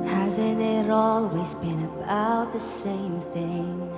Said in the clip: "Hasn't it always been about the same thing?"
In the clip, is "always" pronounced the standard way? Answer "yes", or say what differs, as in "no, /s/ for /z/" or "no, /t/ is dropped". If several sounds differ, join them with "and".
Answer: yes